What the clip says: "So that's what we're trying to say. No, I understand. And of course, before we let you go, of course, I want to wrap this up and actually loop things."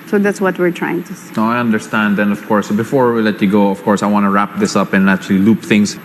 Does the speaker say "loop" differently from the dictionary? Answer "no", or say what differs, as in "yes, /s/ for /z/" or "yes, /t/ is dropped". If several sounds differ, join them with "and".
no